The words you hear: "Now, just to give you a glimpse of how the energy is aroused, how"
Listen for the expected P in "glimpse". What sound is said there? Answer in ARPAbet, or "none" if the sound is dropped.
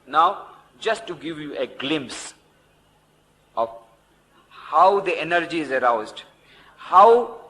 P